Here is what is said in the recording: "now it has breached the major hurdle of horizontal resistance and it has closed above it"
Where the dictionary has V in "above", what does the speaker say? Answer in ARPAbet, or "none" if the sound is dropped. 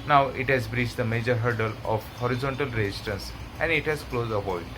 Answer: none